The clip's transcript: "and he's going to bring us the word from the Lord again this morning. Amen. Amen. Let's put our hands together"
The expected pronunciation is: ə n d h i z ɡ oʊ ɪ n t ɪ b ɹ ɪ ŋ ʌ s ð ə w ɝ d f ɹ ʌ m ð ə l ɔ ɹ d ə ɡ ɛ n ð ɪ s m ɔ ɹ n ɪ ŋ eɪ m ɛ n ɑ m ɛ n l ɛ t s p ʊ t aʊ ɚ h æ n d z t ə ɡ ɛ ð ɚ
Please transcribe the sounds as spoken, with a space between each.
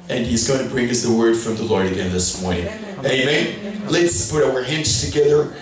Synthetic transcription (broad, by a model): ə n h i z ɡ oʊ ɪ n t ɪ b ɹ ɪ ŋ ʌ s ð ə w ɝ d f ɹ ʌ m ð ə l ɔ ɹ d ə ɡ ɛ n ð ɪ s m ɔ ɹ n ɪ ŋ eɪ ɑ m ɛ n l ɛ t s p ʊ t aʊ ɚ h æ n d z t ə ɡ ɛ ð ɚ